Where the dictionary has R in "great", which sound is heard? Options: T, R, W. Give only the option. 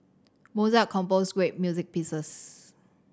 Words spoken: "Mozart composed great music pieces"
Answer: W